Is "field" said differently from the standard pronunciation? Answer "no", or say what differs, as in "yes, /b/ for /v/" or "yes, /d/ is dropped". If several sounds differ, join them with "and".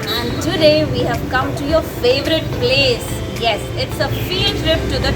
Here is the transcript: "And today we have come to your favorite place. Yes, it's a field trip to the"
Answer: yes, /l/ is dropped